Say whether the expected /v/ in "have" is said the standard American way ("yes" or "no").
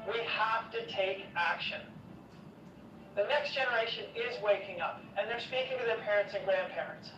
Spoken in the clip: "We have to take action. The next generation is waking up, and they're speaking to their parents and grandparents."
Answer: no